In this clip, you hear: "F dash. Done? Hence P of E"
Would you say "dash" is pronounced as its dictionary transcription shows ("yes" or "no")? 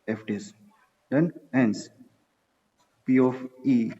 no